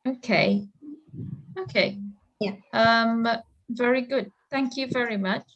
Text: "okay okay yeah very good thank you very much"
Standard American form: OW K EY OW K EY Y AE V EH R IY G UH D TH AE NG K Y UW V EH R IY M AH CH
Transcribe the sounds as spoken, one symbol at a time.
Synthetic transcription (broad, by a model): OW K EY OW K EY Y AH V EH R IY G UH D TH AE NG K Y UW V EH R IY M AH CH